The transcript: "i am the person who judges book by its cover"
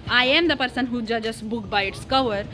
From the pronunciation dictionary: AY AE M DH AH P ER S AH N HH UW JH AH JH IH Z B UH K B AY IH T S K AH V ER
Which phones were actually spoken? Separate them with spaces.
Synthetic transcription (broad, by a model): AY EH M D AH P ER S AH N HH UW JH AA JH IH S B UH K B AY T S K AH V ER